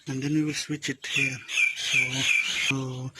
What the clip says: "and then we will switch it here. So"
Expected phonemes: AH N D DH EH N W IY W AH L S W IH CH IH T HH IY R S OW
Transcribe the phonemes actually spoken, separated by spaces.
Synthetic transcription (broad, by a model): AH N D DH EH N W IY W AH L S W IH CH IH T HH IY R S OW